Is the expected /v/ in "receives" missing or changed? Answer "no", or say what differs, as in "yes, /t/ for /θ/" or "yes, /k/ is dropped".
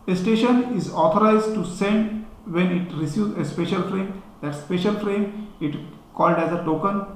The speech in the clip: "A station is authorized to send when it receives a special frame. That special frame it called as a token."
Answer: yes, /v/ is dropped